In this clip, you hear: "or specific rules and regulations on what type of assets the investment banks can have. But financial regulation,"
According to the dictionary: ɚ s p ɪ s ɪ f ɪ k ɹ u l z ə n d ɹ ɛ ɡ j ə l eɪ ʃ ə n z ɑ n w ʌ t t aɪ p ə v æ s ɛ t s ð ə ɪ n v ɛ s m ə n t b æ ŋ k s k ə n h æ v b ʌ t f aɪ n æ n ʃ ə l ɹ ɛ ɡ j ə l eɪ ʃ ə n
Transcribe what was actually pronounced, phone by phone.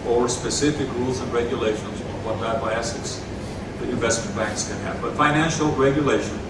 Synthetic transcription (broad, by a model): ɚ s p ɪ s ɪ f ɪ k ɹ u l z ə n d ɹ ɛ ɡ j ə l eɪ ʃ ə n z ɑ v w ʌ t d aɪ ə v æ s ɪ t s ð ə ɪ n v ɛ s m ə n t b æ ŋ k s k ə n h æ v b ʌ t f aɪ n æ n ʃ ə l ɹ ɛ ɡ j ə l eɪ ʃ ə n